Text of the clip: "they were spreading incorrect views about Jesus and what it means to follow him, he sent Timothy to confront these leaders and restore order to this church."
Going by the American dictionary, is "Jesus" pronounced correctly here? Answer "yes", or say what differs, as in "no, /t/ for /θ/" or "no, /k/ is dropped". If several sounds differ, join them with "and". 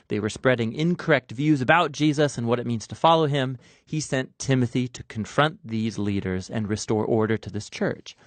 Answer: yes